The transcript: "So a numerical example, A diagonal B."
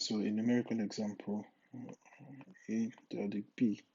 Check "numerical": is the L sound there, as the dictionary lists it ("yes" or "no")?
no